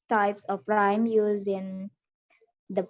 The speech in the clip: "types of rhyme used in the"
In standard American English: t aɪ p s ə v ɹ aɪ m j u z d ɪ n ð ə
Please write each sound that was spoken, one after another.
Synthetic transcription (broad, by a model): t aɪ p s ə p ɹ aɪ m j u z ɪ n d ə